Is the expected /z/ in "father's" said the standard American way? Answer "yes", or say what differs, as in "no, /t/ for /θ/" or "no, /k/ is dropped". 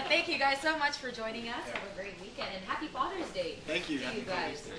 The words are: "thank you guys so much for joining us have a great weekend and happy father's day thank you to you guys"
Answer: yes